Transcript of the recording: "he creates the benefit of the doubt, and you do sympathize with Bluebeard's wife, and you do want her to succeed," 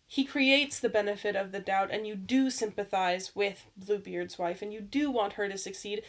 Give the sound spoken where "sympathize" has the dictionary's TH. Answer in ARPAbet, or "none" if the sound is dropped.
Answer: TH